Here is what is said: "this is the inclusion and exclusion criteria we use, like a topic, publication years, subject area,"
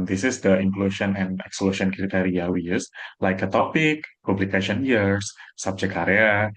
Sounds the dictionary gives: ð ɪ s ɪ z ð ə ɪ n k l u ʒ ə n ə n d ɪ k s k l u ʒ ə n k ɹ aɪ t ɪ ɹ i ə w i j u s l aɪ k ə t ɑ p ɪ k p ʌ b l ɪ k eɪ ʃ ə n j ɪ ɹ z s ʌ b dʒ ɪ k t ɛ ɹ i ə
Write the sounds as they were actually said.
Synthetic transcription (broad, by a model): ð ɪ s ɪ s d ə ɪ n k l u ʃ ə n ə n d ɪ k s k l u ʃ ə n k ɹ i t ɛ ɹ i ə w i j u s l aɪ k ə t ɑ p ɪ k p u b l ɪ k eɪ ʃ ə n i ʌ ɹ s s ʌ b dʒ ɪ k ɑ ɹ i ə